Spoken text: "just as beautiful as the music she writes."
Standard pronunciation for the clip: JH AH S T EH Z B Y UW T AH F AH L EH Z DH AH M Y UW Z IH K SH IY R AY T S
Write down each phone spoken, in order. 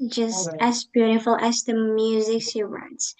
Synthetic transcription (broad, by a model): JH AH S T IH Z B Y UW T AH F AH L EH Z DH AH M Y UW Z IH K S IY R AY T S